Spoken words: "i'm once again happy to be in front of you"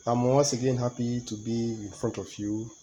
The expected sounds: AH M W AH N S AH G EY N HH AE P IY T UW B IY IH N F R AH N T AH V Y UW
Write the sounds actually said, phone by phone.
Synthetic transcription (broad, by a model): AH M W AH S AH G EY N HH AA P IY T UW B IY IH N F R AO N T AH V Y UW